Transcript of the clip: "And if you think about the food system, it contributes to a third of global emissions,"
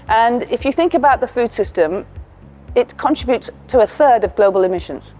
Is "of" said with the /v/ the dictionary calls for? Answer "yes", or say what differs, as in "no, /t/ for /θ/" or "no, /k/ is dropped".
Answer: yes